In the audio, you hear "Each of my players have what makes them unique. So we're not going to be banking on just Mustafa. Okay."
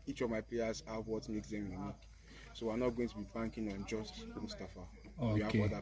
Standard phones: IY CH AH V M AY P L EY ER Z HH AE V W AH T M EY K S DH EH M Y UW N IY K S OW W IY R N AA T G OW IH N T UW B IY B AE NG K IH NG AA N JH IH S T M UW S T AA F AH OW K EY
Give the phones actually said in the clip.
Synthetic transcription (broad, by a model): IY CH AH V M AY P L EY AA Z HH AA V W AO T M EY K S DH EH M Y UW N IY K S OW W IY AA N AA T G OW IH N T UW B IY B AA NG K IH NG AA N JH IH S T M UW S T AA F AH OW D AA